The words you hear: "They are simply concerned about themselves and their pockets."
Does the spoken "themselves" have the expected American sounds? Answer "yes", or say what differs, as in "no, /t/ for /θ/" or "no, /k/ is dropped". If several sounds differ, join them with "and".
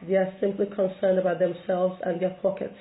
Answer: yes